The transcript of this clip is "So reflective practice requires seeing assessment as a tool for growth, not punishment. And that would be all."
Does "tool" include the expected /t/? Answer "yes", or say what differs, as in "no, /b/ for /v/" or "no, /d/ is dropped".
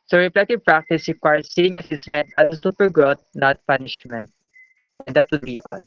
no, /s/ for /t/